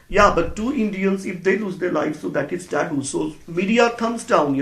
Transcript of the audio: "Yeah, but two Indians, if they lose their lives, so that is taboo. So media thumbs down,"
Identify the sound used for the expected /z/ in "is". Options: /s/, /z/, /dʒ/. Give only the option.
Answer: /s/